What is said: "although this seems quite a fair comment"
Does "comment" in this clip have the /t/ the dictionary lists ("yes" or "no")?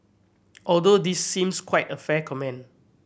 no